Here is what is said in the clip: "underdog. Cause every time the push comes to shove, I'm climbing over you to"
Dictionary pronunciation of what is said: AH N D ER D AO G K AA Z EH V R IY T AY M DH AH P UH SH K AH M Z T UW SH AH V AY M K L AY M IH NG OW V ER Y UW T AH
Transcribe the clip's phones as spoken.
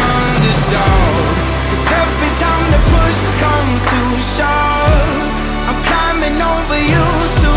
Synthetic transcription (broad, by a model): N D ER D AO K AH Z EH V R IY T AY M DH AH P UH SH K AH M T UW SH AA AY M K L AY M IH NG OW V ER Y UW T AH